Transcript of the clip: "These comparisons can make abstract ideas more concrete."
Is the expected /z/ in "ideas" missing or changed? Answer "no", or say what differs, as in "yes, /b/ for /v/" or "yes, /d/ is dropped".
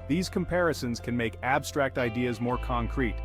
no